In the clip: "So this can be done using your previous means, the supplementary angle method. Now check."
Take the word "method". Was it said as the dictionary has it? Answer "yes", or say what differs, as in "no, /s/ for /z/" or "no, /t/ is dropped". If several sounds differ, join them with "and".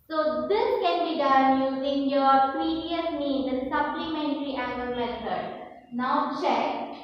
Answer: no, /s/ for /θ/